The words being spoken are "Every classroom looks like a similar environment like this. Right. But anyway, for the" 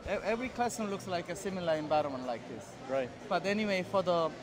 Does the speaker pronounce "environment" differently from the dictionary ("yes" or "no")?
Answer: yes